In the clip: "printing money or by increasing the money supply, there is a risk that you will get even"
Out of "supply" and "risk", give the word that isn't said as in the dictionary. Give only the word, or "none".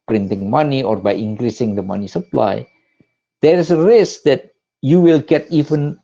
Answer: none